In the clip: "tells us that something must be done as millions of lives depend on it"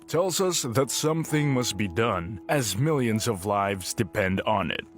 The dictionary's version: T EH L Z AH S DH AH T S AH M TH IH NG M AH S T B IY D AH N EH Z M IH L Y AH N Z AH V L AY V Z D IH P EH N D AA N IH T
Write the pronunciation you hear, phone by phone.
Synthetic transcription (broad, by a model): T EH L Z AH S DH AH T S AH M TH IH NG M AH S T B IY D AH N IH Z M IH L Y AH N Z AH V L AY V Z D IH P EH N D N IH T